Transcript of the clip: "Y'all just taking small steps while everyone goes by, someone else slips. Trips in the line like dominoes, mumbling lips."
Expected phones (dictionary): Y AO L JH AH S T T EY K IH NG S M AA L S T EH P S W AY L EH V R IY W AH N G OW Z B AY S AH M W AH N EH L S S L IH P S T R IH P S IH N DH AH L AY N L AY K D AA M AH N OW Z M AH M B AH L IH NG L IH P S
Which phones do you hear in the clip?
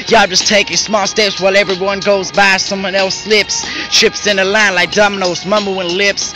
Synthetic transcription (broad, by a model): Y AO JH AH S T T EY K IH NG S M AA L S T EH P S W AY L EH V R IY W AH N G OW Z B AY S AH M W AH N EH L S S L IH P S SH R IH P S IH N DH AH L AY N L AY K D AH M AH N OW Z M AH M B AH W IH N L IH P S